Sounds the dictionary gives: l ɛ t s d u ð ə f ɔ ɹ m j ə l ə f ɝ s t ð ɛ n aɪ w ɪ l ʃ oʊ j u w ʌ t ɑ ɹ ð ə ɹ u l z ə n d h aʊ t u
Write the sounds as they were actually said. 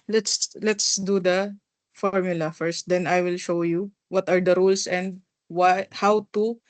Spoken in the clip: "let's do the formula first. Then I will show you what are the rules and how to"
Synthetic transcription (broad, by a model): l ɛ t s d u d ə f ɔ ɹ m j ə l ə f ɝ s t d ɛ n aɪ w ɪ l ʃ oʊ j u w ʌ t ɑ ɹ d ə ɹ u l s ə n d h aʊ t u